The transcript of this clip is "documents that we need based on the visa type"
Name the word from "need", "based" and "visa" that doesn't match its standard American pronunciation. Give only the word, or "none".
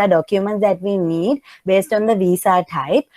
visa